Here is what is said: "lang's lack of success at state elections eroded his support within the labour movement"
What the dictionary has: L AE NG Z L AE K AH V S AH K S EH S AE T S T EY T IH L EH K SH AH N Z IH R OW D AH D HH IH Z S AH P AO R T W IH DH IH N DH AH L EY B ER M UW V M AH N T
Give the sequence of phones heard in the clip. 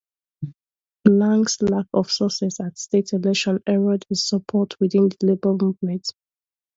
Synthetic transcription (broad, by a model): L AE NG S L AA K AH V S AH S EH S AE T S T EY T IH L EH SH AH N IH R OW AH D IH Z S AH P AO T W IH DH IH N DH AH L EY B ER M UW V M AH N T